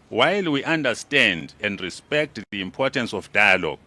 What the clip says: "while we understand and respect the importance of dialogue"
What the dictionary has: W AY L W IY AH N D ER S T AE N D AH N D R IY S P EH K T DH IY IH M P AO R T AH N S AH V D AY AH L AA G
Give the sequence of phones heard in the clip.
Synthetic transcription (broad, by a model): W AY L W IY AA N D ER S T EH N D AH N D R IY S P EH K T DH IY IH M P AO T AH N S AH F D AY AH L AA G